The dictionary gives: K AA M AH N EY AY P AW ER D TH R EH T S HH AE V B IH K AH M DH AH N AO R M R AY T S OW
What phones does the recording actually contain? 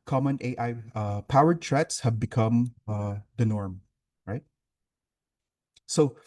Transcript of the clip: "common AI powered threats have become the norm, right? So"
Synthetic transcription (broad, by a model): K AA M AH N EY AY P AW ER D T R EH T S HH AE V B IH K AH M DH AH N AO R M R AY T S OW